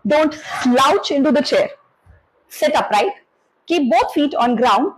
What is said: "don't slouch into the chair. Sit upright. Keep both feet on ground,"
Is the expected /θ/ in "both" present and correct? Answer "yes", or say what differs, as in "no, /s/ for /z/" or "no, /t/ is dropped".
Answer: no, /t/ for /θ/